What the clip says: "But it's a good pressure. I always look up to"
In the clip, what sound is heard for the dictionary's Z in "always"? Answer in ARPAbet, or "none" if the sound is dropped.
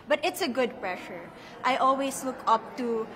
S